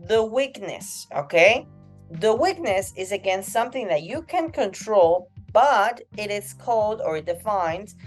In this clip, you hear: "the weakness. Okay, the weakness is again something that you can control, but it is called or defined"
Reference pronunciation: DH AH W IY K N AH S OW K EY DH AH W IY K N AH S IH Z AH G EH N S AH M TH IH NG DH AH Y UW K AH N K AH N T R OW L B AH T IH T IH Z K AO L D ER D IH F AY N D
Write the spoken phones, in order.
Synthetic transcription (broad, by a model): DH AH W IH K N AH S OW K EY DH AH W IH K N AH S IH Z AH G EH N S AH M TH IH NG DH AH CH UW K AH N K AH N T R OW L B AH T IH T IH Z K AO L D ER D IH F AY N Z